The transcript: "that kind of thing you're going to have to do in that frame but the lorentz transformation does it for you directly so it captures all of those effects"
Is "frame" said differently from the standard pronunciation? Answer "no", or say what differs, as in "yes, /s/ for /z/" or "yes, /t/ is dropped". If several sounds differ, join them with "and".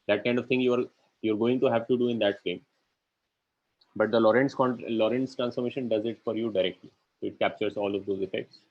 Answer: yes, /ɹ/ is dropped